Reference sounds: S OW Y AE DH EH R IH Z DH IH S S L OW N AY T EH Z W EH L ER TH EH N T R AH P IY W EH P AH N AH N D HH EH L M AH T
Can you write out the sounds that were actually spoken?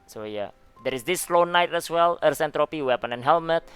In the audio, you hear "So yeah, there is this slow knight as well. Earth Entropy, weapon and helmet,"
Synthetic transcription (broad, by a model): S OW Y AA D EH R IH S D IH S S L OW N AY T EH S W EH L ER S EH N T R AH P IY W EH P AH N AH N HH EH L M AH T